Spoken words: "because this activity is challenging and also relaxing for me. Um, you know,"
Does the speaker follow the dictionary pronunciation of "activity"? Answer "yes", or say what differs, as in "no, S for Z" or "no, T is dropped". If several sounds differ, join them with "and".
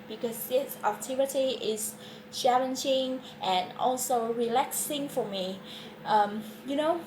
no, K is dropped